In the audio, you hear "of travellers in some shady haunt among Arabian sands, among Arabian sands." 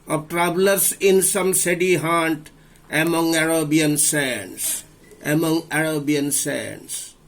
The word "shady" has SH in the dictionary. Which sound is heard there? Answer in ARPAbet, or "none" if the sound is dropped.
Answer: S